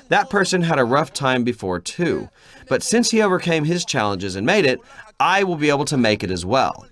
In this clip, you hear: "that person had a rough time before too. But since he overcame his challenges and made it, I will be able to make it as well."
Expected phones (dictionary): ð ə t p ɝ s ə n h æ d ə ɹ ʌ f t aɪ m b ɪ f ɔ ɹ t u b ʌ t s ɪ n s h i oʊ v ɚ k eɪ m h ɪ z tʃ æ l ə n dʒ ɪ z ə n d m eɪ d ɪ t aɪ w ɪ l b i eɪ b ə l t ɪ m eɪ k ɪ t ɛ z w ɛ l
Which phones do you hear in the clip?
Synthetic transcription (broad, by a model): ð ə t p ɝ s ə n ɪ d ə ɹ ʌ f t aɪ m b ɪ f ɔ ɹ t u b ʌ t s ɪ n s h i oʊ v ɚ k eɪ m ɪ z tʃ æ l ə n dʒ ɪ z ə n m eɪ d ɪ t aɪ w ɪ l b i eɪ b l t ɪ m eɪ k ɪ t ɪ z w ɛ l